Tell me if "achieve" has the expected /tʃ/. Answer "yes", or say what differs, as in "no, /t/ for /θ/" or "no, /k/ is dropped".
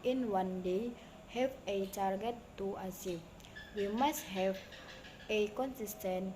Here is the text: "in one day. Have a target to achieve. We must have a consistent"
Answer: no, /s/ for /tʃ/